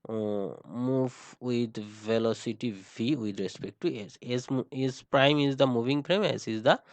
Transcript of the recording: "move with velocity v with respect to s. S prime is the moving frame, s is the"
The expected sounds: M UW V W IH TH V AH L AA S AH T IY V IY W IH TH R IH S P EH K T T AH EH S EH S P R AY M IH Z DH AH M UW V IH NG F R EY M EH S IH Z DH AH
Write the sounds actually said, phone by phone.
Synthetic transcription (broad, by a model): M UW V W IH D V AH L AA S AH T IY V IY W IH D R IH S P EH K T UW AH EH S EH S P R AY M IH Z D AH M UW V IH NG P R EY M EH S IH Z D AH